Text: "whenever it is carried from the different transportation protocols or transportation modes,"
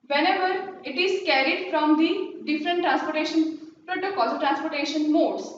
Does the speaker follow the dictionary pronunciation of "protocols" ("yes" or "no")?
no